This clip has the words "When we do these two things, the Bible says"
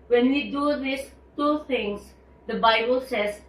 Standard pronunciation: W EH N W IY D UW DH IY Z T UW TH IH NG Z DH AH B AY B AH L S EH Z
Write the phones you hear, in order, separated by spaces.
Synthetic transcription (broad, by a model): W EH N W IY D UW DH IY S T UW T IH NG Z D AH B AY B AH L S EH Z